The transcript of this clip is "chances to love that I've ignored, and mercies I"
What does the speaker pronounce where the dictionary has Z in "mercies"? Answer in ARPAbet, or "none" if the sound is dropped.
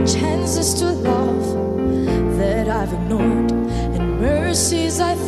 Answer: Z